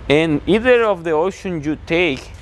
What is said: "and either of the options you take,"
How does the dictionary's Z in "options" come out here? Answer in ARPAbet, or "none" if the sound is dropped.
none